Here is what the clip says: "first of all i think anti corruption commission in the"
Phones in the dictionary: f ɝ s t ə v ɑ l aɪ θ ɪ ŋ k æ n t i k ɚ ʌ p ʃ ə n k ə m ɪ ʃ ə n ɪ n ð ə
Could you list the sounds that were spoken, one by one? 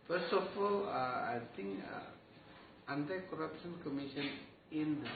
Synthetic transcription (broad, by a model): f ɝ s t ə f ɑ l aɪ t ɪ ŋ k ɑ n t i k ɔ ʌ p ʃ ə n k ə m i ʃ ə n ɪ n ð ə